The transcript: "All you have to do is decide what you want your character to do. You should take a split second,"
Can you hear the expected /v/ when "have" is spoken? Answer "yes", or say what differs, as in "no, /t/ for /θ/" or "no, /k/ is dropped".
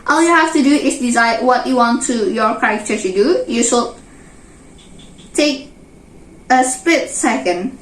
no, /f/ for /v/